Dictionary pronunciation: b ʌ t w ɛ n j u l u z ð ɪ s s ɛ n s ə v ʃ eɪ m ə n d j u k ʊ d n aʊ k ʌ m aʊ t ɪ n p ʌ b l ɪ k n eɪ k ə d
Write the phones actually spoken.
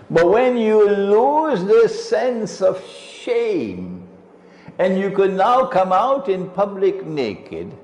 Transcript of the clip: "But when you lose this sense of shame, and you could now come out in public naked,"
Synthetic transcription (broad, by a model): b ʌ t w ɛ n j u l u z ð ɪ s s ɛ n s ə v ʃ eɪ m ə n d j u k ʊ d n aʊ k ʌ m aʊ t ɪ n p ʌ b l ɪ k n eɪ k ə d